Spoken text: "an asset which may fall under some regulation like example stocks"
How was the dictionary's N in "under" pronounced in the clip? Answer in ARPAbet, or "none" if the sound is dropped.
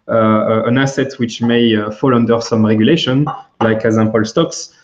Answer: N